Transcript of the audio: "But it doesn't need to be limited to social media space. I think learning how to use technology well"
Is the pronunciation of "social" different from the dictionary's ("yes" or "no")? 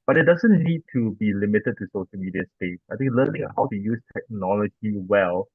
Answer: no